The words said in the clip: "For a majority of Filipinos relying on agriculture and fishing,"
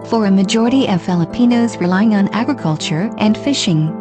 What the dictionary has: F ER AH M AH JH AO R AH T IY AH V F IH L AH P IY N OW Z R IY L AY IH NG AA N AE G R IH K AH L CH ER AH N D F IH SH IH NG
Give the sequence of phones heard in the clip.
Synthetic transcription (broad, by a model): F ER AH M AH JH AO R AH T IY AH V F IH L AH P IY N OW Z R IY L AY IH NG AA N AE G R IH K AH L CH ER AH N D F IH SH IH NG